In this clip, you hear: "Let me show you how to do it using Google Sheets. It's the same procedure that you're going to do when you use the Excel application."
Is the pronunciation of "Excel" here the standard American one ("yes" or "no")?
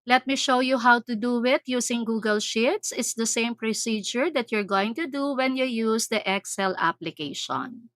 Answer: yes